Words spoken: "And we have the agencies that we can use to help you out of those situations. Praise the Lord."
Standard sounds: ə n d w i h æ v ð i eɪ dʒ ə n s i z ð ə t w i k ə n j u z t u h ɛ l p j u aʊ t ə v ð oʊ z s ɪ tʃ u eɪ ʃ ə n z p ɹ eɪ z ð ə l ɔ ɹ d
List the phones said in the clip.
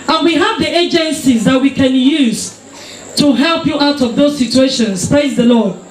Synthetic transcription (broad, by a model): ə n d w i h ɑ v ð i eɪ dʒ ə n s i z ð ə t w i k ə n j u z t u h ɛ l p j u aʊ t ə v ð oʊ z s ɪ tʃ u eɪ ʃ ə n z p ɹ eɪ z ð ə l ɔ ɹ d